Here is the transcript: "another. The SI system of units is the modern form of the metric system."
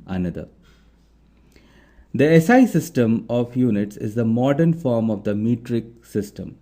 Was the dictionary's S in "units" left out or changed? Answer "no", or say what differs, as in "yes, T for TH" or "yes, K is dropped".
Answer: no